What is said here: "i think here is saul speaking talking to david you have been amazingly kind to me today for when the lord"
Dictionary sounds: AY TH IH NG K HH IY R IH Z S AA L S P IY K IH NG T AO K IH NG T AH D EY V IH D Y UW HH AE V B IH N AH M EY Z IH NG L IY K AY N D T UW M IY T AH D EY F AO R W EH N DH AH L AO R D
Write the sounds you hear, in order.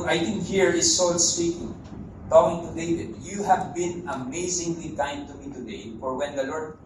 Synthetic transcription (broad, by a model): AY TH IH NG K HH IY R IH S AA L S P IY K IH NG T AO IH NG T AH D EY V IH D Y UW HH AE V B IH N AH M EY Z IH NG L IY K AY N D T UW M IY T AH D EY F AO R W EH N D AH L AO R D